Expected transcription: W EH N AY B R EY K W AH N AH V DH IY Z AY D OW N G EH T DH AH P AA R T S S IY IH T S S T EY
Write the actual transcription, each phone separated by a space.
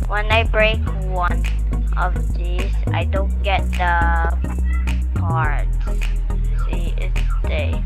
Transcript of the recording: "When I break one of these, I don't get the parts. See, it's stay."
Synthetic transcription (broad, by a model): W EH N AY B R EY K W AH N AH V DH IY S AY D OW N G EH T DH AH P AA R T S S IY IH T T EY